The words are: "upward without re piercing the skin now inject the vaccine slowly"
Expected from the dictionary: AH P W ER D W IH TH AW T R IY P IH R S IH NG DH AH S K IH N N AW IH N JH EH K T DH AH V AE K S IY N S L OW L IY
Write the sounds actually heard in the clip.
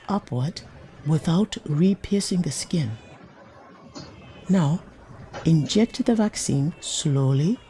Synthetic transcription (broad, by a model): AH P W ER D W IH TH AW T R IY P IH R S IH NG DH AH S K IH N N AW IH N JH EH K T DH AH V AE K S IY N S L OW L IY